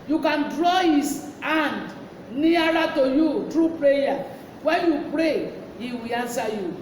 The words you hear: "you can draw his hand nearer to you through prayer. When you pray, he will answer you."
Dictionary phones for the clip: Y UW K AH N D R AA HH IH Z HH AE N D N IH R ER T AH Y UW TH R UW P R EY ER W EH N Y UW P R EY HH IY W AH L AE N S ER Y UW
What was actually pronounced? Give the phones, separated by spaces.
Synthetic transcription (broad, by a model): Y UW K AH N D R AA HH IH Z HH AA N D N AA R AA T AH Y UW T R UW P R EY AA W EH N Y UW P R EY HH IY W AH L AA N S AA Y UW